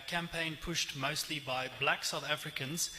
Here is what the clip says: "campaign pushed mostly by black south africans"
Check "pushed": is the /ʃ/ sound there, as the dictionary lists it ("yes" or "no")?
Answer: yes